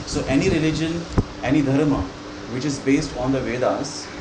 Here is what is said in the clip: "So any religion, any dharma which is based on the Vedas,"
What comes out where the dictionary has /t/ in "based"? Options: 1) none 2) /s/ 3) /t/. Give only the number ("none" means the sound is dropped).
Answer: 3